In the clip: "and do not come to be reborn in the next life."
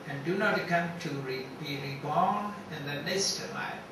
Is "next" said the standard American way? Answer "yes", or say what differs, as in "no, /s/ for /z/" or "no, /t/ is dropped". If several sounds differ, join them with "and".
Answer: no, /k/ is dropped